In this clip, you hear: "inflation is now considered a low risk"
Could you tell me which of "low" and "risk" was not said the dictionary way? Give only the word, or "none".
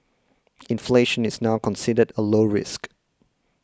none